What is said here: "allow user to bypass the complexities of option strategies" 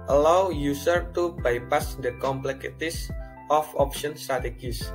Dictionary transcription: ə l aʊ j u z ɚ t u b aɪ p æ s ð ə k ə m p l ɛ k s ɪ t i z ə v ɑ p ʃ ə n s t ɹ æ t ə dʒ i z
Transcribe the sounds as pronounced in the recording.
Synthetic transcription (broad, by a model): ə l aʊ j u s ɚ t u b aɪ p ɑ s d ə k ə m p l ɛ k ɪ t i s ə f ɑ p ʃ ə n s t ɹ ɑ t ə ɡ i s